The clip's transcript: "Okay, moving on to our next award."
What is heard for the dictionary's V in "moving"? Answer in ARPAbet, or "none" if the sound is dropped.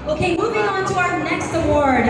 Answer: V